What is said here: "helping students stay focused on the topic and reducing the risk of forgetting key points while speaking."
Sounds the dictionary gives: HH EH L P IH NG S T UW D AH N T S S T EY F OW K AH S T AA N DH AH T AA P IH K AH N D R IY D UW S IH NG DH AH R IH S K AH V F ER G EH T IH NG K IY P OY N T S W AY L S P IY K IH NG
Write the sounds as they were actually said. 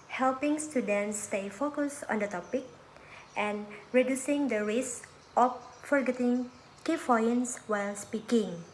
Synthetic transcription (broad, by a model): HH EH L P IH NG S T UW D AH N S S T EY F OW K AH S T AA N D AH T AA P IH K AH N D R IY D UW S IH NG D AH R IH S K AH F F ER G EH T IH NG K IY F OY N S W AY L S P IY K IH NG